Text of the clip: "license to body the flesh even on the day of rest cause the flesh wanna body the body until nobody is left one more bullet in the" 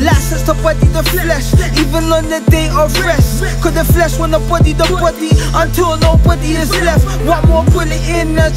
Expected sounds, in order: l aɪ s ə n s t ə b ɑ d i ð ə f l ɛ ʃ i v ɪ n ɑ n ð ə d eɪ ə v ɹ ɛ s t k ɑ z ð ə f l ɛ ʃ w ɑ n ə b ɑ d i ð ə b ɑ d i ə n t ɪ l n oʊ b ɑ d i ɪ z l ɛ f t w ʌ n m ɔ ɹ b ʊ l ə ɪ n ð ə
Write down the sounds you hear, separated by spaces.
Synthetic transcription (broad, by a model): l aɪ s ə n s t ə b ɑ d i ð ə f l ɛ ʃ i v ɪ n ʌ n ð ə d eɪ ə v ɹ ɛ s t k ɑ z ð ə f l ɛ ʃ w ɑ n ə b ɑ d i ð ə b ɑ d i ə n t ɪ l n oʊ b ɑ d i ɪ z l ɛ f t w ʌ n m ɔ ɹ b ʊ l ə ɪ n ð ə